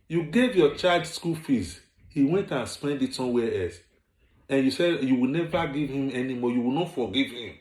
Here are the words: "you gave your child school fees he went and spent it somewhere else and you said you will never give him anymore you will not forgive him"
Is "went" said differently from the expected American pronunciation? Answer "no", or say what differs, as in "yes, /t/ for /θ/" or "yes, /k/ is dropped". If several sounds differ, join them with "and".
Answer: no